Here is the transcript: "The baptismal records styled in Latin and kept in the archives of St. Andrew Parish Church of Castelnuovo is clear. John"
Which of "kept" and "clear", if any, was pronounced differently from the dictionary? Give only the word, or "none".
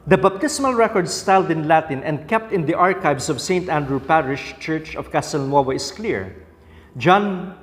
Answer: none